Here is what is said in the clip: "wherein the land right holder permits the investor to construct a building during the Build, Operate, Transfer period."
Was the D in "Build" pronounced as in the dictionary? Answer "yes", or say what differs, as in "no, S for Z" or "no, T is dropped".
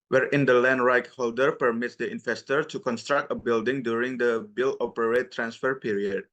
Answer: no, D is dropped